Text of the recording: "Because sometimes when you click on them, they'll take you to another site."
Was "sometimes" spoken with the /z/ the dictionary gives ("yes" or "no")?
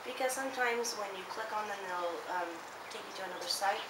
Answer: yes